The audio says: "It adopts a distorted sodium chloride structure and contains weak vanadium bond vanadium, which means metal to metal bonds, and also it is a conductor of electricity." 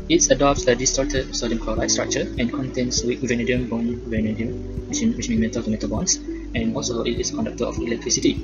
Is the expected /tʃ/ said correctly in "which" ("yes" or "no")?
no